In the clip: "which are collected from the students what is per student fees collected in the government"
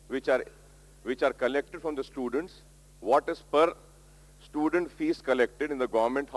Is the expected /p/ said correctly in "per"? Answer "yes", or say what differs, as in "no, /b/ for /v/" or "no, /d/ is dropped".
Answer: yes